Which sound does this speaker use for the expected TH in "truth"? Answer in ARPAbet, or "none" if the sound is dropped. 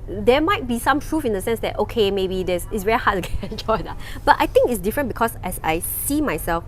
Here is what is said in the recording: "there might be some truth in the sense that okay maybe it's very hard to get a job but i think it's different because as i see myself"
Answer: F